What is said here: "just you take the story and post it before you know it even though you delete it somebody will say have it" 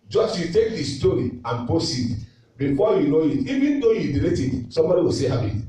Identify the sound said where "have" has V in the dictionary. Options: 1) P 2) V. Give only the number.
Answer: 1